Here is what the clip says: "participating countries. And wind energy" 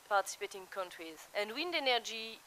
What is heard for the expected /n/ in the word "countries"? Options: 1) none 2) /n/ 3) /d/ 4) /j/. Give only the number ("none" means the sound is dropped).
2